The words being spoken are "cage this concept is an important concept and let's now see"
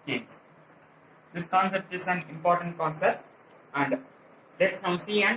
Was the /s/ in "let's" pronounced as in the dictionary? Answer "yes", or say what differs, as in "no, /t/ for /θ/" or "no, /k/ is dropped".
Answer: yes